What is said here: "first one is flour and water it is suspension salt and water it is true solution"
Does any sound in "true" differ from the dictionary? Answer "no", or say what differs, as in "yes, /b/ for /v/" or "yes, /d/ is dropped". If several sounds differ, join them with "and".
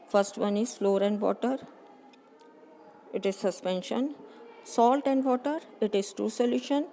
yes, /ɹ/ is dropped